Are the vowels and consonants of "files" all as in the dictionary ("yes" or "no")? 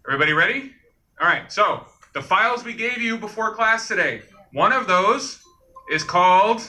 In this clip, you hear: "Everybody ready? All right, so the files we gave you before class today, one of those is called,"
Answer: yes